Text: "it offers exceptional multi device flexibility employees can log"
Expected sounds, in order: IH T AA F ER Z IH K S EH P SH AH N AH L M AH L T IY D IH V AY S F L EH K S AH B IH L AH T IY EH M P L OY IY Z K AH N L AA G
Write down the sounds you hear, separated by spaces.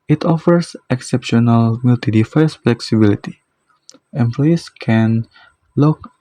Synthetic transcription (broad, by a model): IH T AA F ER S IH K S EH P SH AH N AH L M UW L T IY D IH F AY S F L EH K S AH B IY L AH T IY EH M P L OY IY S K AH N L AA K